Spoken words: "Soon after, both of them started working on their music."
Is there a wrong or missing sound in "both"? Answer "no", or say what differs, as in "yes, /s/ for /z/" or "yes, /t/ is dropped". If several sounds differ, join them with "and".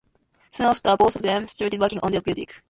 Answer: yes, /s/ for /θ/